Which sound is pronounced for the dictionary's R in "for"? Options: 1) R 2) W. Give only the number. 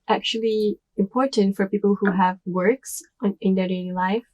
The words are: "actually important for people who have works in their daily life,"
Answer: 1